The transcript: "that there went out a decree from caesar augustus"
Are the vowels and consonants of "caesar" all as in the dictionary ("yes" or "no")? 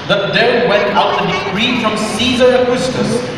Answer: yes